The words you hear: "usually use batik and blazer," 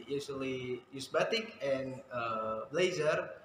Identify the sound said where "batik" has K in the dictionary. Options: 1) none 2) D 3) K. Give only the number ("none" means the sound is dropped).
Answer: 3